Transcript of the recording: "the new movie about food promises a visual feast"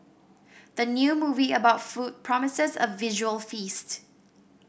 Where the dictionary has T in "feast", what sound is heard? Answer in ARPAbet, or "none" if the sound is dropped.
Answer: T